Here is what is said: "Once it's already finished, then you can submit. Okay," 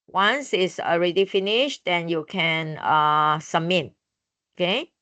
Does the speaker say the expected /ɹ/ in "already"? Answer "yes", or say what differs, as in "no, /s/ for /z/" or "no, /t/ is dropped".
yes